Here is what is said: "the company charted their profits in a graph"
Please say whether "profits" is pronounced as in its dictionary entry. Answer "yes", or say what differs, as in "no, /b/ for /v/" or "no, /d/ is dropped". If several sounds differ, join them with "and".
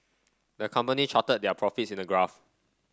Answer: yes